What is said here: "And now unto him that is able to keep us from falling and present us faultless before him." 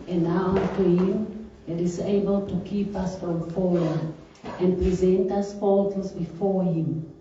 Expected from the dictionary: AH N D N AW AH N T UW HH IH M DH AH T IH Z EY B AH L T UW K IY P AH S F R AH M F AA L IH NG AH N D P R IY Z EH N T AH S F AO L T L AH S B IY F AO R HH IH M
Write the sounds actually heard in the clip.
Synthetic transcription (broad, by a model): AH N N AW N T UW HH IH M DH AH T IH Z EY B AH L T UW K IY P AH S F R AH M F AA W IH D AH N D P R IY Z EH N T AH S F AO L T AH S B IY F AO R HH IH M